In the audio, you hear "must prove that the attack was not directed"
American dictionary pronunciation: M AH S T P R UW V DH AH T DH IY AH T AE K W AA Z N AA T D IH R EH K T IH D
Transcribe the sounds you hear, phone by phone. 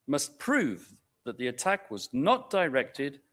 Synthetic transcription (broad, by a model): M AH S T P R UW V DH AH T DH IY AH T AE K W AA Z N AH T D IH R EH K T IH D